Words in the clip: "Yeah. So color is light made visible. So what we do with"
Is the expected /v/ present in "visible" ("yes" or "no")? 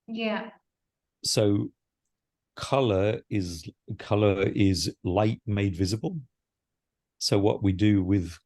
yes